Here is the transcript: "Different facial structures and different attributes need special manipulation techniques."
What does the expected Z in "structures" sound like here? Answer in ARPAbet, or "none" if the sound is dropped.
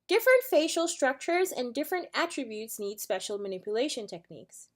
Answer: Z